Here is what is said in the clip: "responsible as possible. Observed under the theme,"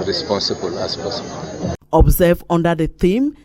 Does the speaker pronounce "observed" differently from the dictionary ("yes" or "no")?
yes